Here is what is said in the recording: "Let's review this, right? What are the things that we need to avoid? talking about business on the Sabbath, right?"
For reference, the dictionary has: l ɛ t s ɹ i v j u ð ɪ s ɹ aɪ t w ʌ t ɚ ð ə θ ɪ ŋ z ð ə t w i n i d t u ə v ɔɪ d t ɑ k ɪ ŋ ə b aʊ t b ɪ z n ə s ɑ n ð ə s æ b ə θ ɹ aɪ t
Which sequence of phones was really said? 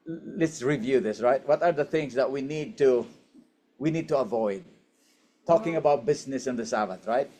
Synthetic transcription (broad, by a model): l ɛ t s ɹ i v j u ð ɪ s ɹ aɪ t w ʌ t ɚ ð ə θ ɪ ŋ s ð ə t w i n i d t u ə v ɔɪ d t ɑ k ɪ ŋ ə b aʊ t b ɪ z n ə s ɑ n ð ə s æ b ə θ ɹ aɪ t